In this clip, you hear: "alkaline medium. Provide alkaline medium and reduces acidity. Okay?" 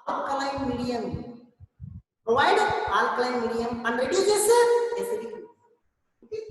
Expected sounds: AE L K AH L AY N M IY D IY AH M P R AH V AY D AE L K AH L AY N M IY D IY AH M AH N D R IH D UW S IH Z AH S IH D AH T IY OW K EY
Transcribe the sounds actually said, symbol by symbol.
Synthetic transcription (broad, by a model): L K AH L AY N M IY D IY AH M P R AH V AY D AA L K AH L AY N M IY D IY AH M AH N D R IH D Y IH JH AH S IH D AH S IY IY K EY